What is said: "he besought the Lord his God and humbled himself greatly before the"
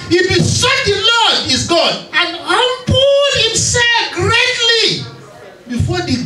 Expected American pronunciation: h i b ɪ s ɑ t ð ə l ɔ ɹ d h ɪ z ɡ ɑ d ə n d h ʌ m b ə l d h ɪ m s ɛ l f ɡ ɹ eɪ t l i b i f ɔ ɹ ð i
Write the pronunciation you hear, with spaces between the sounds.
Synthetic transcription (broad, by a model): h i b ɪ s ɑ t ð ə l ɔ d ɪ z ɡ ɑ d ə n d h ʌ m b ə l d h ɪ m s ɛ l f ɡ ɹ eɪ t l i b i f ɔ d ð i